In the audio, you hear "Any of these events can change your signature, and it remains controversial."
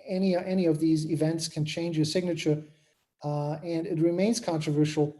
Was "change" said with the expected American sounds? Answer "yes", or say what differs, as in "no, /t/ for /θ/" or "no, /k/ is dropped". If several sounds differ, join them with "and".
yes